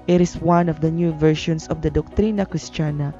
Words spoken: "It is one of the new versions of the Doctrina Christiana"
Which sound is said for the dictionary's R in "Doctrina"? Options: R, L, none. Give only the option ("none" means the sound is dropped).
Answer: R